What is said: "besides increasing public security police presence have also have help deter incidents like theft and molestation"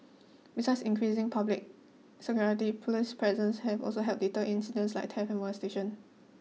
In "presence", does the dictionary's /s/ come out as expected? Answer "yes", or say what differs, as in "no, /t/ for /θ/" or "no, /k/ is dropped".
yes